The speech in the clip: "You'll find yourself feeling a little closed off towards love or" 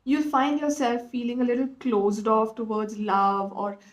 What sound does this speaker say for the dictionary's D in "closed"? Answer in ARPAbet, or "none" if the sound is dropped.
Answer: D